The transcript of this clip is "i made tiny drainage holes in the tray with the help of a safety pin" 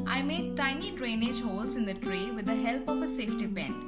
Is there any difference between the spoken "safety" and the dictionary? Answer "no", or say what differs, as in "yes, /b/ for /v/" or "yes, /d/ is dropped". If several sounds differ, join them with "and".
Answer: no